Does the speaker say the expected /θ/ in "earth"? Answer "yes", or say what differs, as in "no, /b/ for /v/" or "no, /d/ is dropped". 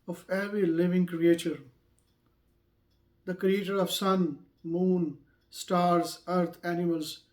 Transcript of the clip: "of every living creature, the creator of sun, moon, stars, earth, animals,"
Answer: no, /t/ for /θ/